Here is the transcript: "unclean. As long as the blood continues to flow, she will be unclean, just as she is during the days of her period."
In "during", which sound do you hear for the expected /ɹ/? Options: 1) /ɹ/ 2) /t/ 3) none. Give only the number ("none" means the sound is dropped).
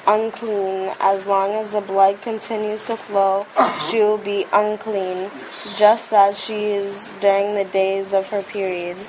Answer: 1